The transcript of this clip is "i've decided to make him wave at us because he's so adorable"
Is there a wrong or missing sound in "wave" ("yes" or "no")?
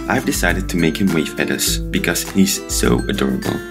yes